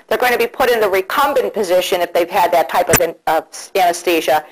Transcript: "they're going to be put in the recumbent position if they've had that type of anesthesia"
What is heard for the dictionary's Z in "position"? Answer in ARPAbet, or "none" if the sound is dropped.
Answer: Z